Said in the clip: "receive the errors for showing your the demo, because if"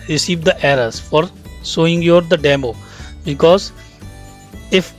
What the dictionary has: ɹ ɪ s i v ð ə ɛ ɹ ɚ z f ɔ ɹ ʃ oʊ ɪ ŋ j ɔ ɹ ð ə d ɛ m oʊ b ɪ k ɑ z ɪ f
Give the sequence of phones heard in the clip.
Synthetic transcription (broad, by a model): ɹ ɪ s i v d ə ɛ ɹ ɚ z f ɔ ɹ s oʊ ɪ ŋ j ɔ ɹ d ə d ɛ m oʊ b ɪ k ɑ z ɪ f